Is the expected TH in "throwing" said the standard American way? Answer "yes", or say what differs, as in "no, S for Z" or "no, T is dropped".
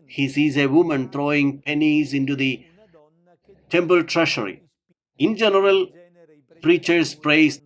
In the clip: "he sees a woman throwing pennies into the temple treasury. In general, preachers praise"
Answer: no, T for TH